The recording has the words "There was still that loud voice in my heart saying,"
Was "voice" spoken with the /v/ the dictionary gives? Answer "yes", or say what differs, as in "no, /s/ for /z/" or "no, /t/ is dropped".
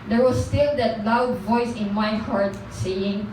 yes